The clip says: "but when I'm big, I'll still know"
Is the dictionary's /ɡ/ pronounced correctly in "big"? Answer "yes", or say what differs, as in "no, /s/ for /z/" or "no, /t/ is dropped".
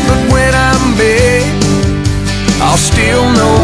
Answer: no, /ɡ/ is dropped